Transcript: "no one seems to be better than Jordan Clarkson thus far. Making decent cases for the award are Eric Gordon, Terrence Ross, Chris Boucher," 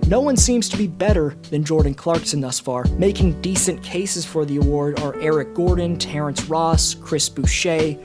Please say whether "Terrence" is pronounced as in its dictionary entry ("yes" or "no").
yes